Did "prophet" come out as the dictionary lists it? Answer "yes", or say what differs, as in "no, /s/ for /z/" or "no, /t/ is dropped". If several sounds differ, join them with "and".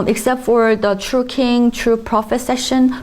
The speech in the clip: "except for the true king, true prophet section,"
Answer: yes